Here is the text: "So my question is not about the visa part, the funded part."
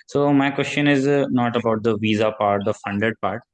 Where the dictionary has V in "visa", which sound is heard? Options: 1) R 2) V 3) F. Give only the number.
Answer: 2